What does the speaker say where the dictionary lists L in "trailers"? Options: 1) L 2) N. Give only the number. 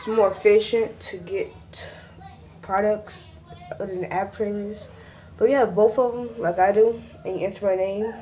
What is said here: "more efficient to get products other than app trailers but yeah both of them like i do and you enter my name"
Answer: 2